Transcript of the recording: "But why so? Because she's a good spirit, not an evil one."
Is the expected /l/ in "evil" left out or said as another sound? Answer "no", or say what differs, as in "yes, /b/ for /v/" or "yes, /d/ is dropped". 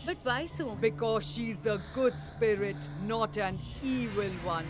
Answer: no